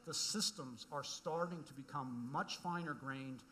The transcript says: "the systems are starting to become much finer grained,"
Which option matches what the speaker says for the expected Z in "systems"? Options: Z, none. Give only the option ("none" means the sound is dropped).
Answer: Z